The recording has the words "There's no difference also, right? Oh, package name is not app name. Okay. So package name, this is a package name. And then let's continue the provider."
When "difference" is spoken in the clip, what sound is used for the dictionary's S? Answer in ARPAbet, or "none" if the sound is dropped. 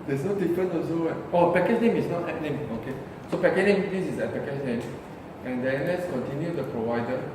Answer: none